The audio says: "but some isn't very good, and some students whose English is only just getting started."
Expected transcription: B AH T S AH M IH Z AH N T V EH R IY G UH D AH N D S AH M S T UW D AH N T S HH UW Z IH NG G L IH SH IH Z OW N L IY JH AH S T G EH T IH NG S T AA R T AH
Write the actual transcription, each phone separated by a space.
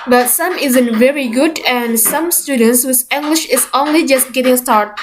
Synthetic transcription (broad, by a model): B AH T S AH M IH Z AH N T V EH R IY G UH D AH N D S AH M S T UW D AH N T S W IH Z IH NG G L IH SH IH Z OW N L IY JH AH S T G EH T IH NG S T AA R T